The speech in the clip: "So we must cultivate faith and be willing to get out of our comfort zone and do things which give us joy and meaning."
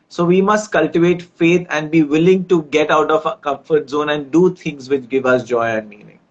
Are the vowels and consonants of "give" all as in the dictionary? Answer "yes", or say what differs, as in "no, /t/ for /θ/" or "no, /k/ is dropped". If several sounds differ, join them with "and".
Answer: yes